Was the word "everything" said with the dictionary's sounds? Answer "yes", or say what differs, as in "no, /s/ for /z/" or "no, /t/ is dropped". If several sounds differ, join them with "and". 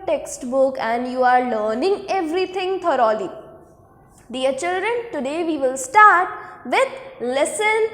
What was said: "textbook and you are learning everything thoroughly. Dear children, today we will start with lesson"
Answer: no, /t/ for /θ/